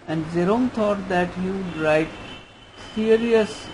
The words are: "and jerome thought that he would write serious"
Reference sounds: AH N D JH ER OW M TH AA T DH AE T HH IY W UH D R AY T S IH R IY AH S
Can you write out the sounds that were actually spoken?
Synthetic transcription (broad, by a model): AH N D Z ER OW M T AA T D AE T HH IY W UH D R AY T S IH R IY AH S